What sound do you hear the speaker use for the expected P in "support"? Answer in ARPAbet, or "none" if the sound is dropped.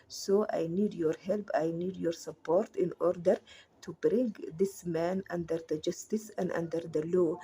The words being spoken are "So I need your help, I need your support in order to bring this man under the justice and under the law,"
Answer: P